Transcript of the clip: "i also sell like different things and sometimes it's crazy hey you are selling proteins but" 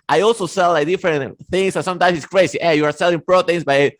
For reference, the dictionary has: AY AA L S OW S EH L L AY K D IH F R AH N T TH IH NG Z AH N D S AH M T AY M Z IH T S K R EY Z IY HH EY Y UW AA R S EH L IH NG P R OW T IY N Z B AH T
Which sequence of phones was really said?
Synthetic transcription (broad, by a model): AY AA L S OW S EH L L AY K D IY F R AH N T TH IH NG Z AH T S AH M T AY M S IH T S K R EY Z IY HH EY Y UW AA R S EH L IH NG P R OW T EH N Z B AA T